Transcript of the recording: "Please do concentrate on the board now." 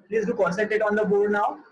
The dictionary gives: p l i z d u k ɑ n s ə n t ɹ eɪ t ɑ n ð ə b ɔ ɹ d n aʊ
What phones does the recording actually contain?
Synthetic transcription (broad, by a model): p l i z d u k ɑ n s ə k t eɪ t ɑ n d ə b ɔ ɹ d n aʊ